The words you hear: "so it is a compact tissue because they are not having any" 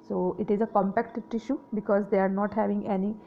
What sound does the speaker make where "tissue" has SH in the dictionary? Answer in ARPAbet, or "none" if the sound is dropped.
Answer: SH